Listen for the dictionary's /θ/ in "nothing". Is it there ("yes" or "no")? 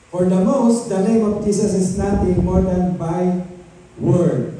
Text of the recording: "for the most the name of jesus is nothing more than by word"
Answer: no